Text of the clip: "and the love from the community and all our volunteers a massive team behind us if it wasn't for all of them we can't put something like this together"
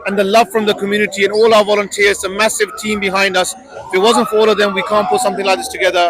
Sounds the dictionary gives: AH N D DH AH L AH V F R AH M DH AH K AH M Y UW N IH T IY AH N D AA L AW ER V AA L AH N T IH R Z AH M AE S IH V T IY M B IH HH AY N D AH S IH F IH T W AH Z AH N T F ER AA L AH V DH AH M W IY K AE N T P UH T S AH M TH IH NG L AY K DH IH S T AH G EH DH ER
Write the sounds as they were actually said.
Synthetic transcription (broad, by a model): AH N DH AH L AH V F R AH M DH AH K AH M Y UW N IH T IY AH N AA L AW ER V AA L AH N T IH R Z AH M AE S IH V T IY M B IH HH AY N D AH S IH F IH T W AH Z AH N T F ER AA L AH V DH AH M W IY K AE N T P UH T S AH M TH IH NG L AY K DH IH S T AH G EH DH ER